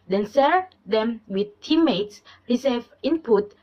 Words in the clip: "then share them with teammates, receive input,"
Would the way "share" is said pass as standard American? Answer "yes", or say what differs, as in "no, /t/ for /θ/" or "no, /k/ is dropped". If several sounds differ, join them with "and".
no, /s/ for /ʃ/